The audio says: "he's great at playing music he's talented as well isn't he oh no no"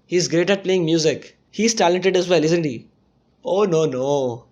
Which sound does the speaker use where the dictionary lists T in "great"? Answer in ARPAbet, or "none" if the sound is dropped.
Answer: T